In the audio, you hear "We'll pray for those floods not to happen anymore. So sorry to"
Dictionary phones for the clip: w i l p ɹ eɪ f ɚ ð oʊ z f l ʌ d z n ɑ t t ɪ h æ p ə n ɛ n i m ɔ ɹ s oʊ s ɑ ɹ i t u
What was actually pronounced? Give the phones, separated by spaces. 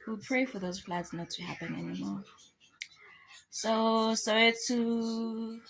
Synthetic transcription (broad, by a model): w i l p ɹ eɪ f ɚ ð oʊ z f l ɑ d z n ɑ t t ɪ h æ p ə n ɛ n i m ɔ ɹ s oʊ s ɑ w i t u